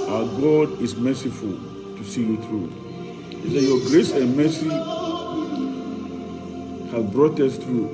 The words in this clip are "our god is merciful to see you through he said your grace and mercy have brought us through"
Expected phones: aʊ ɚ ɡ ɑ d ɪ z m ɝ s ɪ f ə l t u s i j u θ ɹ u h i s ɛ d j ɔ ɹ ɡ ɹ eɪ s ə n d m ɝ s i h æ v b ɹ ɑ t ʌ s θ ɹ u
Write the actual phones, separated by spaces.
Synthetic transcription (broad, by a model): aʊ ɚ ɡ ɑ d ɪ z m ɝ s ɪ f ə l t u s i j u θ ɹ u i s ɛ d j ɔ ɡ ɹ eɪ s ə n m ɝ s i h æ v b ɹ ɑ t ʌ s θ ɹ u